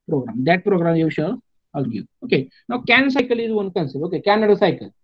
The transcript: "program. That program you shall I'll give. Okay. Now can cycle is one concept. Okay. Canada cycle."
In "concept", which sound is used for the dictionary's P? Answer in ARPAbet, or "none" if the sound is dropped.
none